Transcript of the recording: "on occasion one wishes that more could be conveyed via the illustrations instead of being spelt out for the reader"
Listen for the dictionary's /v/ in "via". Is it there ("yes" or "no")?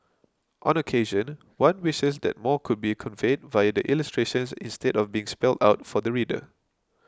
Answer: yes